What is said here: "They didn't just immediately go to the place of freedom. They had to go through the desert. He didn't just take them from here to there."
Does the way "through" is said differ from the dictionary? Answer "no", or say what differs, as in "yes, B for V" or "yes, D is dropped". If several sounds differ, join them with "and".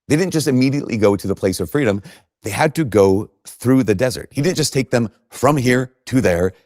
no